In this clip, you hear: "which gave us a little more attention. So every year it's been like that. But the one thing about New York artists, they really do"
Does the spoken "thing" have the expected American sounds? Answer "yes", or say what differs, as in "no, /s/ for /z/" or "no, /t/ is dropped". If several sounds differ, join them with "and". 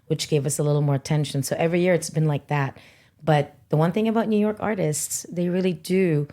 yes